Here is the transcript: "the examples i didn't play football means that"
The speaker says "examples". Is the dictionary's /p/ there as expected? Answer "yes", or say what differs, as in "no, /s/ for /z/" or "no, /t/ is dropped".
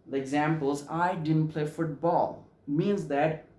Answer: yes